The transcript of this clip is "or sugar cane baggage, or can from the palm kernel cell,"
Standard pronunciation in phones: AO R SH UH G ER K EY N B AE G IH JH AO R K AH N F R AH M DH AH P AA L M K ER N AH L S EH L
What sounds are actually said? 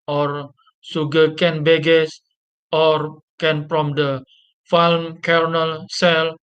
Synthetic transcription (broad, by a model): AO R S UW G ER K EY N B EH G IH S AO R K AH N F R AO M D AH F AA L M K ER N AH L S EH L